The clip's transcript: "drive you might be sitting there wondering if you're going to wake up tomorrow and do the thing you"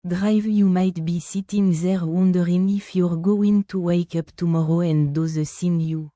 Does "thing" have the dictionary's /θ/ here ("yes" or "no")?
no